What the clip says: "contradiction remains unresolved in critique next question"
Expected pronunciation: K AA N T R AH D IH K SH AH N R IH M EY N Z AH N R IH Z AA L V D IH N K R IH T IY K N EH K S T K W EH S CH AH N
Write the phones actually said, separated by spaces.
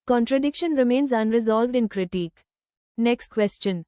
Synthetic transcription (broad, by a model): K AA N T R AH D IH K SH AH N R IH M EY N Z AH N R IH Z AA L V D IH N K R IH T IY K N EH K S T K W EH S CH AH N